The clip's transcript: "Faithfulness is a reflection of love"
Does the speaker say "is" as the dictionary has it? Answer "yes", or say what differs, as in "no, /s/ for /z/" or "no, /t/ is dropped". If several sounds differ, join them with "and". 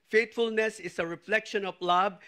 no, /s/ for /z/